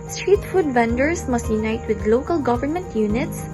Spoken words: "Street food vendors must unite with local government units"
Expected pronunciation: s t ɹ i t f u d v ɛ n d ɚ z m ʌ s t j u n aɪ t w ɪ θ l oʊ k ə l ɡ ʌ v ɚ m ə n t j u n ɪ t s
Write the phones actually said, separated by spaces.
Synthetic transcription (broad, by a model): s t ɹ i t f u d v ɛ n d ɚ s m ʌ s t j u n aɪ t w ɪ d l oʊ k ə l ɡ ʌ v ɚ m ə n t j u n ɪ t s